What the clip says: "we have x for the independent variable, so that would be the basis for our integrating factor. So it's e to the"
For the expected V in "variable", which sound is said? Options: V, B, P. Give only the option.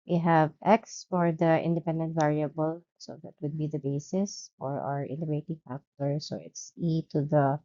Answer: V